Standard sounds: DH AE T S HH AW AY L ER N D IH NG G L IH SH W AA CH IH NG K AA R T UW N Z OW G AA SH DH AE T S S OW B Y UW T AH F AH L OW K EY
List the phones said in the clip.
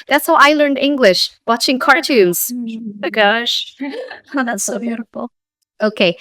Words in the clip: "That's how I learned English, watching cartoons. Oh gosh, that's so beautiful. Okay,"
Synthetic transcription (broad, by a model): DH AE T S HH AW AY L ER N D IH NG G L IH SH W AA CH IH NG K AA R T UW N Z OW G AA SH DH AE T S S OW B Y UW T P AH OW K EY